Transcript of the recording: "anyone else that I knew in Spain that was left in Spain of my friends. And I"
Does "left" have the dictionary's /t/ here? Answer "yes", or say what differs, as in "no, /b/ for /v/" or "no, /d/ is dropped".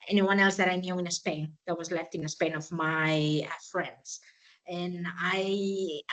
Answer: yes